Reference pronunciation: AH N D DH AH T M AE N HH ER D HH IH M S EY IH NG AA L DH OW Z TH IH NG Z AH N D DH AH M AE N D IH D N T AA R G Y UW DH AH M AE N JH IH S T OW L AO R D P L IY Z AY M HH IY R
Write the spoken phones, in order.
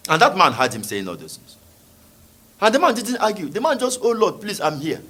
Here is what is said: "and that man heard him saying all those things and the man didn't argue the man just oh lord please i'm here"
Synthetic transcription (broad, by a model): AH N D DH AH T M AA N HH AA D HH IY M S EY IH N AA L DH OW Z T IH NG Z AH N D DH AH M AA N D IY D N T AA G Y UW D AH M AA N JH IH S T OW L AO D P L IY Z AY M HH IY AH